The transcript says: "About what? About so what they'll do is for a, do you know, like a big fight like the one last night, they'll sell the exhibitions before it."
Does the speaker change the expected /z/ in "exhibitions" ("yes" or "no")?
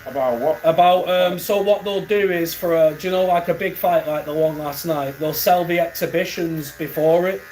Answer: no